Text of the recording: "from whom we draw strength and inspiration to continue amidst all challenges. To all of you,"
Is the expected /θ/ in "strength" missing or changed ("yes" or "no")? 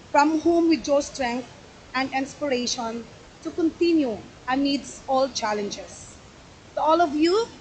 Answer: yes